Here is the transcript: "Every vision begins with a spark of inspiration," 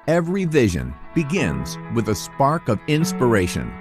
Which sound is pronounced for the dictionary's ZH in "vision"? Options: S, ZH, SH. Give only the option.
ZH